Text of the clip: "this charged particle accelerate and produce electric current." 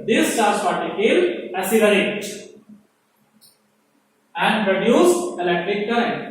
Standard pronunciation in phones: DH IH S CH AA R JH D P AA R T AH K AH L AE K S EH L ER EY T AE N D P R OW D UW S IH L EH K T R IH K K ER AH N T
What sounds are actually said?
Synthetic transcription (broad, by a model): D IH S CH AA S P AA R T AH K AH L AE S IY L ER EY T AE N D P R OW D UW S IH L EH K T R IH K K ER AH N